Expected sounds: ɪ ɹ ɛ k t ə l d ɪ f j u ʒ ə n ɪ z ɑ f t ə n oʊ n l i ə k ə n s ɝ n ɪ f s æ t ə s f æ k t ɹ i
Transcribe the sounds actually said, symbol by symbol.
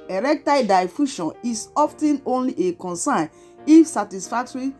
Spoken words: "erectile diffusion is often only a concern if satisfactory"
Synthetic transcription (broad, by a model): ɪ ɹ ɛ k t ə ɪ d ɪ f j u ʃ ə n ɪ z ɑ f t ə n oʊ n l i ə k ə n s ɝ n ɪ f s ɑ t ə s f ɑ k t ɹ i